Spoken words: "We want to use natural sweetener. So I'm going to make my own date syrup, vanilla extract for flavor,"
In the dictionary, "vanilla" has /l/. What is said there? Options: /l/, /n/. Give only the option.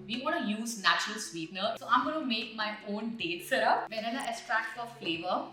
/n/